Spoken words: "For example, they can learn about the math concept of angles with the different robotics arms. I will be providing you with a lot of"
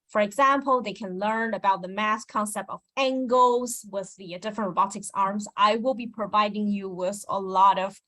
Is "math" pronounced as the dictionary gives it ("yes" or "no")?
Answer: no